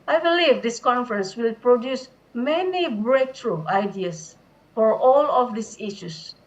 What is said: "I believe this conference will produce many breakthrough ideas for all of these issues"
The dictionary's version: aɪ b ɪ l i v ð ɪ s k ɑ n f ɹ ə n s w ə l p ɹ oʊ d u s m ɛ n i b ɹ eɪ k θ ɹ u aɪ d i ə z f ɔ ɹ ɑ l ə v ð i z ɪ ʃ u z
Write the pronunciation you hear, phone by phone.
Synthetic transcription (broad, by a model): aɪ b ɪ l i v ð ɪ s k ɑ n f ɹ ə n s w ə l p ɹ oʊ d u s m ɛ n i b ɹ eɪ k t ɹ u aɪ d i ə s f ɔ ɹ ɑ l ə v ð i s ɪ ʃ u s